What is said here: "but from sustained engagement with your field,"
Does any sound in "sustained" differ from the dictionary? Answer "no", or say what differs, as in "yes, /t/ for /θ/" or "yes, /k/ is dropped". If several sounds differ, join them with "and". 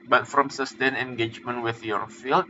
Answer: yes, /d/ is dropped